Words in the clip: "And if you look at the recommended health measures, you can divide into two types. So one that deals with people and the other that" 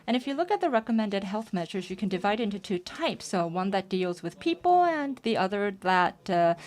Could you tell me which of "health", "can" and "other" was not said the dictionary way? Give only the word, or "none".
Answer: none